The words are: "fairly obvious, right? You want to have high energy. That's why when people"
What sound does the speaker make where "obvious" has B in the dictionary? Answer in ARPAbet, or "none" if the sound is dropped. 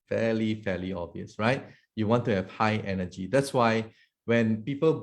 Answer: none